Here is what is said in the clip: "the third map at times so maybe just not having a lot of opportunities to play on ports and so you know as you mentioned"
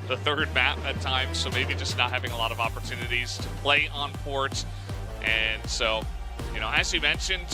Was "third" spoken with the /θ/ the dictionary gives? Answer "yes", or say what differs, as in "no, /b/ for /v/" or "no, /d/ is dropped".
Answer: yes